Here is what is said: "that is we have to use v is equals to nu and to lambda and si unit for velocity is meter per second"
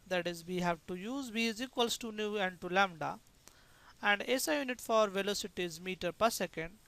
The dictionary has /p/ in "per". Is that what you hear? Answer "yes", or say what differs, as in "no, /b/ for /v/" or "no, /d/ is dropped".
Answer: yes